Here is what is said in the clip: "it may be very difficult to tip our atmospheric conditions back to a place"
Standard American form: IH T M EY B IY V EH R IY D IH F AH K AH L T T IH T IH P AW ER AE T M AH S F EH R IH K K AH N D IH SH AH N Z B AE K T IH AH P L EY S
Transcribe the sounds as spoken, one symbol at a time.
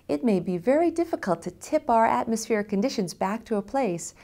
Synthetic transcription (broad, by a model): IH T M EY B IY V EH R IY D IH F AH K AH L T T IH T IH P AW ER AE T M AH S F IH R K K AH N D IH SH AH N Z B AE K T IH AH P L EY S